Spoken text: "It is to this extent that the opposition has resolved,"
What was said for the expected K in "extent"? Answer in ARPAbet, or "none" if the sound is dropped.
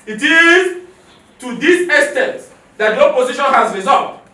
none